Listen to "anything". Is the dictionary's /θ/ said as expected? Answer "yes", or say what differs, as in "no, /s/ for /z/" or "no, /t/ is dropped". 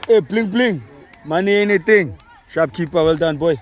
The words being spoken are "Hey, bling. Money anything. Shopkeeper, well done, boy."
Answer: no, /t/ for /θ/